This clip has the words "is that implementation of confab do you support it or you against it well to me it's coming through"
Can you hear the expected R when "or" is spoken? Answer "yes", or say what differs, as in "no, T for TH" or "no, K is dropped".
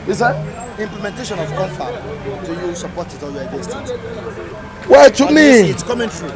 no, L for R